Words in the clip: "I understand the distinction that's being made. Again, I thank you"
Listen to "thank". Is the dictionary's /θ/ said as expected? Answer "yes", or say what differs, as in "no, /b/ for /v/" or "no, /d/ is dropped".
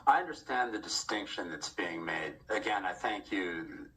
yes